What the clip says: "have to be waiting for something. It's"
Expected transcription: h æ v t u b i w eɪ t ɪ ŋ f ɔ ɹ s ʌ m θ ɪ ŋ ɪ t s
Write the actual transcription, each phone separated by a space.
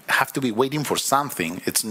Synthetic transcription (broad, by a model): h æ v t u b i w eɪ t ɪ ŋ f ɔ ɹ s ʌ m θ ɪ ŋ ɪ t s